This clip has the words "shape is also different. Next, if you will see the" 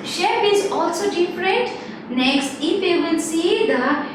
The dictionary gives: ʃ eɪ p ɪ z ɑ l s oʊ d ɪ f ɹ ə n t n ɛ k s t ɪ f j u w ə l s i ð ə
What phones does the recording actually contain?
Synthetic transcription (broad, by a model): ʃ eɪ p ɪ z ɑ l s oʊ d ɪ f ɹ ə n t n ɛ k s t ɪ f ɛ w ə n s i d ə